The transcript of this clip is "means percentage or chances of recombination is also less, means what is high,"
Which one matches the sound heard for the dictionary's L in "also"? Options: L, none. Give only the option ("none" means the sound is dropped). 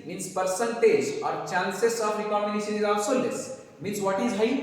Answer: none